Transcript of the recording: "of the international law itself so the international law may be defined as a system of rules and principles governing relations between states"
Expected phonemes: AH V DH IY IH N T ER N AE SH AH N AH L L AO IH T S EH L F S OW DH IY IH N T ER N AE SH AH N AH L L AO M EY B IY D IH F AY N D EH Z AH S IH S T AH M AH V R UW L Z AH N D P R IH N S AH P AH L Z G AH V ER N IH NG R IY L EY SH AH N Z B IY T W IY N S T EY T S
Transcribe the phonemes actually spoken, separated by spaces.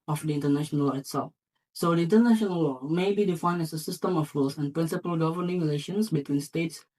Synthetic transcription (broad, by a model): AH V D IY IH N T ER N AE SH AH N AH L L AO IH T S EH L F S OW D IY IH N T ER N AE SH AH N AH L L AO M EY B IY D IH F AY N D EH S AH S IH S T AH M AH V R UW L S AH N P R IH N S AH P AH L G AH V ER N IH NG R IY L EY SH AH N S B IY T W IY N S T EY T S